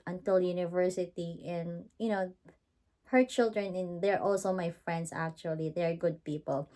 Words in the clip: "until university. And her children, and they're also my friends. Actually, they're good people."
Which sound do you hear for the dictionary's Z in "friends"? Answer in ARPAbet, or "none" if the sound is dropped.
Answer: S